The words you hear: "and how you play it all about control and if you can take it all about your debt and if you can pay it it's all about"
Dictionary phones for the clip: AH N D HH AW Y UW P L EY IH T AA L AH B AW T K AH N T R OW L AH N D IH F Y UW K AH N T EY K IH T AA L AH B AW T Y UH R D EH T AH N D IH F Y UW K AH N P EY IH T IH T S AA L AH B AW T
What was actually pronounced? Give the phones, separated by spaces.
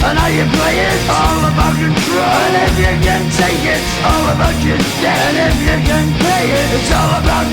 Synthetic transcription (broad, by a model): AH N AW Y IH P L EY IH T AA L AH B AW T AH T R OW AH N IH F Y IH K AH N T EY K IH T AA L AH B AW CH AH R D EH AH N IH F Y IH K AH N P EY IH T IH T S AA L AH B AW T